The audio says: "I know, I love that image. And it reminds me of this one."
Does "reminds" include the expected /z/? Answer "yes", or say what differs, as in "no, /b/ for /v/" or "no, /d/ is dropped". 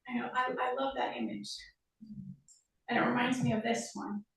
yes